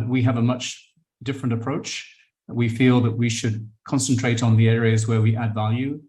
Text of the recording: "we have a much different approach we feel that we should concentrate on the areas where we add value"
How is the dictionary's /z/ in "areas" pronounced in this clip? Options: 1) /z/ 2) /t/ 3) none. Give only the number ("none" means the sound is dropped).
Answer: 1